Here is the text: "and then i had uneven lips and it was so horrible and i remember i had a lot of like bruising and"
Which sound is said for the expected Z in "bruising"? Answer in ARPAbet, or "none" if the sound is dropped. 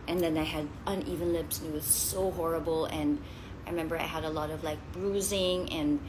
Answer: Z